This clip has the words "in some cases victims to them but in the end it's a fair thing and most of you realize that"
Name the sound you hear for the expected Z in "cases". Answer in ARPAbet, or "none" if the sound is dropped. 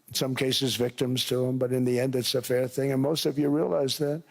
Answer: Z